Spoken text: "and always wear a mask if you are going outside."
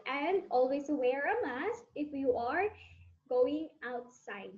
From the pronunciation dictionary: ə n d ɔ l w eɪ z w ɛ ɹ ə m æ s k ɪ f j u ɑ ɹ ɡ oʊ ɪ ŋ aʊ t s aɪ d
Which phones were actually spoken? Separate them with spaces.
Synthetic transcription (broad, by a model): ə n d ɔ l w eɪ s w ɛ ɹ ə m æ s ɪ f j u ɑ ɹ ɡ oʊ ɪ ŋ aʊ t s aɪ d